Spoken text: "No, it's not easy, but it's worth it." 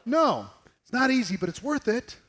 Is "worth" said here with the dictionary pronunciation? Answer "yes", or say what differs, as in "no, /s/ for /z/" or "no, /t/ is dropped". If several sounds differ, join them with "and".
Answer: yes